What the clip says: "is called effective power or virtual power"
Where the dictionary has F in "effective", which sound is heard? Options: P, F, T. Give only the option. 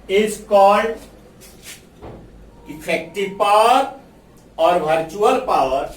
P